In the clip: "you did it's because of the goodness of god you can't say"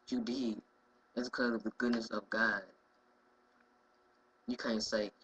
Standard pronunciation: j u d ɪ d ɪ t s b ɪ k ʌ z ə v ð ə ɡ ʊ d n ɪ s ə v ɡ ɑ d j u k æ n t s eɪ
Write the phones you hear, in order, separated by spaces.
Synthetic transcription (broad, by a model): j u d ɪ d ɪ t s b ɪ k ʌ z ə v ð ə ɡ ʊ d n ɪ s ə v ɡ ɑ d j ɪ k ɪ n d s eɪ